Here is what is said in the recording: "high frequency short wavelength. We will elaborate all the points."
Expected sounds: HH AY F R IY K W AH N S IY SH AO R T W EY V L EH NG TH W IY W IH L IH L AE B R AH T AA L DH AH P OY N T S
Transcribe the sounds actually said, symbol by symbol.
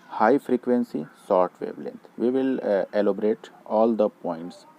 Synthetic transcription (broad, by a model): HH AY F R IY K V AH N S IY S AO R T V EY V L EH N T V IY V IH L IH L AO B R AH T AA L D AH P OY N T S